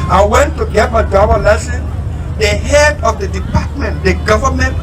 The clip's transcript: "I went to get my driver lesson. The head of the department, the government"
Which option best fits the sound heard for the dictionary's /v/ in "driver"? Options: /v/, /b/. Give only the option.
/b/